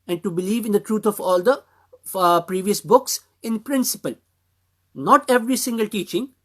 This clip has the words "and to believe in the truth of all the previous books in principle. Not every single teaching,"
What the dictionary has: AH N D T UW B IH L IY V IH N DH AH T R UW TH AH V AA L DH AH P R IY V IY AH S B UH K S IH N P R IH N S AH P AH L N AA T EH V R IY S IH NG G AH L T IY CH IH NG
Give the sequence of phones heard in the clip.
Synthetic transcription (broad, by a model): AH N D T UW B IH L IY V IH N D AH T R UW T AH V AA L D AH P R IY V IY AH S B UH K S IH N P R IH N S AH P AH L N AA T EH V R IY S IH NG G AH L T IY CH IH NG